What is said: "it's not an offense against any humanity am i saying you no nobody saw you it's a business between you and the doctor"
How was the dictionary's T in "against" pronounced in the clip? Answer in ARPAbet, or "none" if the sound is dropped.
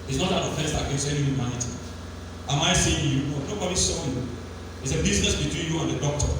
none